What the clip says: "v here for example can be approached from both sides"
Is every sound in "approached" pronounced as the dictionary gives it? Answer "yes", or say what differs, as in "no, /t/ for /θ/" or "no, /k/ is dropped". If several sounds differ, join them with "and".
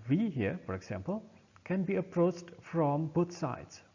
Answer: yes